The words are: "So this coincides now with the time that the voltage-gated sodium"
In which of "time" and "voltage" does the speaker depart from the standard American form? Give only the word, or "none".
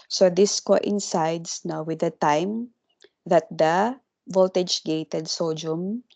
none